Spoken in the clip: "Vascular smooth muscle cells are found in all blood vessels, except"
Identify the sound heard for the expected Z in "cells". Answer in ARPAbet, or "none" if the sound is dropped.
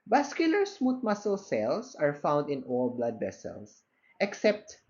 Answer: S